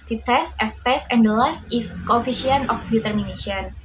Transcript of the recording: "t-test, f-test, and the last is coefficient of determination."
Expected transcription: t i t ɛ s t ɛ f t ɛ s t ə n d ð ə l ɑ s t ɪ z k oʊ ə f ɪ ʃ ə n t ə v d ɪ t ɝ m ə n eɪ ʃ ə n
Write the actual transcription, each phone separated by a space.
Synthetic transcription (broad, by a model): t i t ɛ s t ɛ f t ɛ s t ə n d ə l ɑ s t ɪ s k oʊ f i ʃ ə n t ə f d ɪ t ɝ m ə n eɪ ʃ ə n